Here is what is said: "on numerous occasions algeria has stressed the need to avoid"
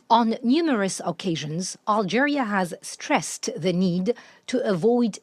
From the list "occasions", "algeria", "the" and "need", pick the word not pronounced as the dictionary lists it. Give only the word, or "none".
none